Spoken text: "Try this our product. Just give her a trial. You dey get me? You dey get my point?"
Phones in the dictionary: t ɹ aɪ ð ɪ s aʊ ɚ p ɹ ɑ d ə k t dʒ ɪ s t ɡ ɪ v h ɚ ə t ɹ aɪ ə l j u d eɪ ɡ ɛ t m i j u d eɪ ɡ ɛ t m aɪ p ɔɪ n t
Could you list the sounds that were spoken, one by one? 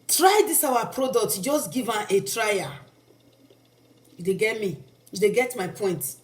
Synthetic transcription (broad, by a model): t ɹ aɪ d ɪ s aʊ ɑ p ɹ ɑ d ə k t dʒ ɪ s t ɡ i v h ə t ɹ aɪ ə j u d eɪ ɡ ɛ t m i j u d eɪ ɡ ɛ t m aɪ p ɔɪ n t